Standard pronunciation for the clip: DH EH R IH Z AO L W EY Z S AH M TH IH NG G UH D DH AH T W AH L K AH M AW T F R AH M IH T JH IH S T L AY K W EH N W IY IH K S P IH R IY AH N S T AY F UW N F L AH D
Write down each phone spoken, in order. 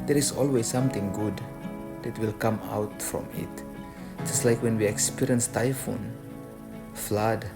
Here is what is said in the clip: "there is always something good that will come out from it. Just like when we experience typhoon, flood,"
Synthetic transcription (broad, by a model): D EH R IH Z AO L W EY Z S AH M T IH NG G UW D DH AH T W AH L K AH M AW T F R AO M IH T JH IH S T L AY K W EH N W IY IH K S P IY R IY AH N S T AY F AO N F L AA D